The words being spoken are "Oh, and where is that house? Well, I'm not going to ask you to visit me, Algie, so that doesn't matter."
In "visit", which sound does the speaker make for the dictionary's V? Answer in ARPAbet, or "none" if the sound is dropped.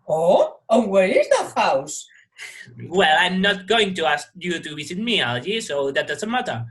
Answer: W